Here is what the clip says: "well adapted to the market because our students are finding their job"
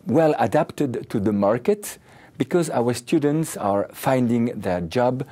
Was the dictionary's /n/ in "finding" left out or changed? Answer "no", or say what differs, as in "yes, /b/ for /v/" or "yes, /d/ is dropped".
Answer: no